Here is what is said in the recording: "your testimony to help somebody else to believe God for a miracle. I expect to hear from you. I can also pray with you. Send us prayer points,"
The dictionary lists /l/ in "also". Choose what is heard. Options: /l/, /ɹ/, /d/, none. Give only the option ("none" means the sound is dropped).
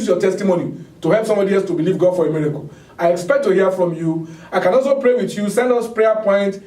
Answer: /l/